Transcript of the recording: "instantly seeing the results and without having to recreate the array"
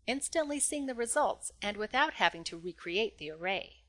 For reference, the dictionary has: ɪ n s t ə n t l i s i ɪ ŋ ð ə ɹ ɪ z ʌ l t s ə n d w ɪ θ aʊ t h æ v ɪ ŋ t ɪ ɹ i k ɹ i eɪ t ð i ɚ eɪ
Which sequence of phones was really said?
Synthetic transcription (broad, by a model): ɪ n s t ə n t l i s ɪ ŋ ð ə ɹ ɪ z ʌ l t s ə n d w ɪ θ aʊ t h æ v ɪ ŋ t ɪ ɹ i k ɹ i eɪ t ð i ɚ eɪ